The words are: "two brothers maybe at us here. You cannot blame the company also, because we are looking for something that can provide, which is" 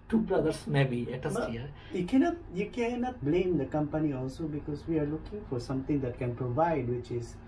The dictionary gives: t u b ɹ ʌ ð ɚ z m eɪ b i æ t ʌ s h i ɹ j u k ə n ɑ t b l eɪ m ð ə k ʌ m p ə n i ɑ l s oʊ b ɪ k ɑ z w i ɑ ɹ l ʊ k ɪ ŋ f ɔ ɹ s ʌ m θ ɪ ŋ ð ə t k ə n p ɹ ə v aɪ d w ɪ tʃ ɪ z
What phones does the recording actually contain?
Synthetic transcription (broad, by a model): t u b ɹ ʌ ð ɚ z m eɪ b i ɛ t ʌ s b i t j u k ə n ɑ t b l eɪ m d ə k ʌ m p ə n i ɑ l s oʊ b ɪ k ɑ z w i ɑ ɹ l ʊ k ɪ ŋ f ɔ ɹ s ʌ m t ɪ ŋ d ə t k ə n p ɹ ə v aɪ d w ɪ tʃ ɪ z